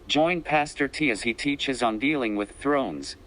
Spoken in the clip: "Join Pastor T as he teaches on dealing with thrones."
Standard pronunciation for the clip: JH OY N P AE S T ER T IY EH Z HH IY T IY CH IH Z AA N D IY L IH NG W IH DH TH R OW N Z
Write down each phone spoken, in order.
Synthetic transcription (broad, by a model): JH OY N P AE S T ER T IY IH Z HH IY T IY CH IH Z N D IY L IH NG W IH DH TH R OW N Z